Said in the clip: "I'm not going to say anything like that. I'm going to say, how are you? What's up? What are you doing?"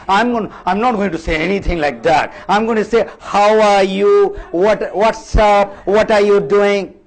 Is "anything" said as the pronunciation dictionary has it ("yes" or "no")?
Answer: no